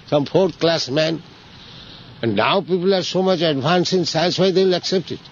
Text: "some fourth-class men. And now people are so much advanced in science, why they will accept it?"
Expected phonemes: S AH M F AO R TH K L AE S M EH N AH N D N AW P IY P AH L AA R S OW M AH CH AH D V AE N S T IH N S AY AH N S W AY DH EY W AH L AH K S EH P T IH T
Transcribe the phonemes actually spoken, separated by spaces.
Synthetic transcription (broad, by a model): S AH M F AO R T K L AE S M EH N AH N D N AW P IY P AH L AA R S OW M AH CH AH D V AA N S IH N S AY AH N S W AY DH EY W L AH K S EH P T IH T